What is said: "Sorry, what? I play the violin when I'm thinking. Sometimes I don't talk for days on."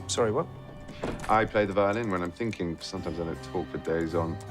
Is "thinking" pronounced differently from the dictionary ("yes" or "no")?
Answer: no